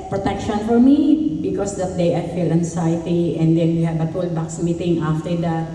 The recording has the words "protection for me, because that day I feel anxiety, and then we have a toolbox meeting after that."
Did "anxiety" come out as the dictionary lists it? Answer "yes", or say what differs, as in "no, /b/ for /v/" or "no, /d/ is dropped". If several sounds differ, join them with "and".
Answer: no, /s/ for /z/